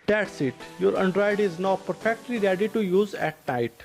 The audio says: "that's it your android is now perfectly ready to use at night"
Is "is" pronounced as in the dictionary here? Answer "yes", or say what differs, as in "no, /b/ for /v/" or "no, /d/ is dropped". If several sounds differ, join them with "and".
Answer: yes